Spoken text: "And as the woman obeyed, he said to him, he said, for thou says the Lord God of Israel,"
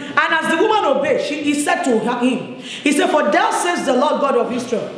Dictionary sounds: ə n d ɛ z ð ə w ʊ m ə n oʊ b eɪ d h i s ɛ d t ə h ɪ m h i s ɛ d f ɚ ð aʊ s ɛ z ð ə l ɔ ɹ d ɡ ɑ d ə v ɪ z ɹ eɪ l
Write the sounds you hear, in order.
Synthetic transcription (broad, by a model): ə n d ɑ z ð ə w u m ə n oʊ b eɪ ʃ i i s ɛ d t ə h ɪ m h i s ɛ d f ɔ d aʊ s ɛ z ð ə l ɔ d ɡ ɑ d ə v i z ɹ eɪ l